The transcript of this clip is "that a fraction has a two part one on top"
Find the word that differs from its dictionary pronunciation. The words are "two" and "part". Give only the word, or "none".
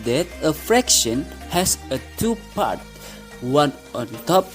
none